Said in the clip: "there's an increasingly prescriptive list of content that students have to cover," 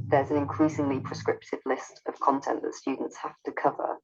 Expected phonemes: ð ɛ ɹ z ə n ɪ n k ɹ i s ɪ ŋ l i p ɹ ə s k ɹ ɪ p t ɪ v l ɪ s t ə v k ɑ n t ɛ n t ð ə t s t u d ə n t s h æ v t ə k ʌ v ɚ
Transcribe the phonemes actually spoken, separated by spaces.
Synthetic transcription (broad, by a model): ð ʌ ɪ z ə n ɪ n k ɹ i s ɪ ŋ l i p ɹ ə s k ɹ ɪ p t ɪ v l ɪ s t ə v k ɑ n t ɛ n t ð ə t s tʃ u d n t s h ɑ f t ə k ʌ v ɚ